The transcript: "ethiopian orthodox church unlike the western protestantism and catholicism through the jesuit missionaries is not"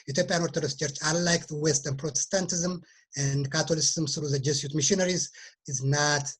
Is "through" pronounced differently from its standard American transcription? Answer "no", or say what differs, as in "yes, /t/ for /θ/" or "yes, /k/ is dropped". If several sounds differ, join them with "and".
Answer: yes, /s/ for /θ/